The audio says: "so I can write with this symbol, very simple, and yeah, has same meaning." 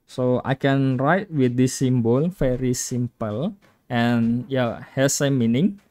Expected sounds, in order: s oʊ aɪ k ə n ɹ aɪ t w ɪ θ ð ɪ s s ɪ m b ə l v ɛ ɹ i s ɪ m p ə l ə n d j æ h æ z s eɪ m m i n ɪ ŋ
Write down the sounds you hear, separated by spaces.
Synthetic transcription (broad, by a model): s oʊ aɪ k ə n ɹ aɪ t w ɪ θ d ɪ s s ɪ m b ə l f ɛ ɹ i s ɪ m p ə l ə n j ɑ h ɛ s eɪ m m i n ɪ ŋ